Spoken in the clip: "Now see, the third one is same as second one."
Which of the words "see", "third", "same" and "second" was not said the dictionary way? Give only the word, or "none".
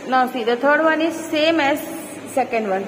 third